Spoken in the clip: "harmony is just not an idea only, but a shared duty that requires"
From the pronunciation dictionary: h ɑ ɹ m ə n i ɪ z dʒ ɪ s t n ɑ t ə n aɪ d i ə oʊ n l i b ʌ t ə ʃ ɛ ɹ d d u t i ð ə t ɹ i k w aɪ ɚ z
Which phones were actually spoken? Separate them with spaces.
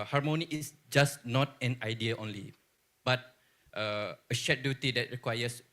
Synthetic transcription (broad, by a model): h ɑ ɹ m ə n i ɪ s dʒ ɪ s n ɑ t ə n aɪ d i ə oʊ n l i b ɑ t ə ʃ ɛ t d d u t i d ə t ɹ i k w aɪ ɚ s